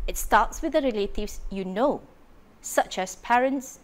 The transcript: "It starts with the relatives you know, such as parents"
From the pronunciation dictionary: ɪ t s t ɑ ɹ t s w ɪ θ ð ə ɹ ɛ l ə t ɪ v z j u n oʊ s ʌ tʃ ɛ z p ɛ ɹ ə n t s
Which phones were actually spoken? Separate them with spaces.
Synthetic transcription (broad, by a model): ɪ t s t ɑ t s w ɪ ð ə ɹ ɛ l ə t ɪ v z j u n oʊ s ʌ tʃ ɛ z p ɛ ɹ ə n t s